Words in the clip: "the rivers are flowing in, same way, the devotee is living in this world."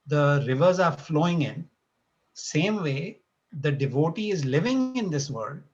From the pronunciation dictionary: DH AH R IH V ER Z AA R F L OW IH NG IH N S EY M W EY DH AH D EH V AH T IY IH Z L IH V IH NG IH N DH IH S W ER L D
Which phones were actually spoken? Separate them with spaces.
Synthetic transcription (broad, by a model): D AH R IH V ER Z AA R F L OW IH NG IH N S EY M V EY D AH D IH V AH T IY IH Z L IH V IH NG IH N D IH S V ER L D